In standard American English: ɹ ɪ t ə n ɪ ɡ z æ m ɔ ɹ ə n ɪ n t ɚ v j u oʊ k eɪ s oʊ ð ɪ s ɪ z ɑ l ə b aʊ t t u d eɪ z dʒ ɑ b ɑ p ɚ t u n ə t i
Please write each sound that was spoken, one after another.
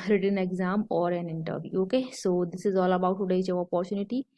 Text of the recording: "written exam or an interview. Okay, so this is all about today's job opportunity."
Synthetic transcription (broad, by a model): ɹ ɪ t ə n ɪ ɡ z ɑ m ɔ ɹ ə n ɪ n t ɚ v j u oʊ k eɪ s oʊ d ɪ s ɪ z ɑ l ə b aʊ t t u d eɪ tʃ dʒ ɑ ɑ p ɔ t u n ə t i